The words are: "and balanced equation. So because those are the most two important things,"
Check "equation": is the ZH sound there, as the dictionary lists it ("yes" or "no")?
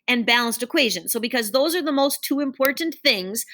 yes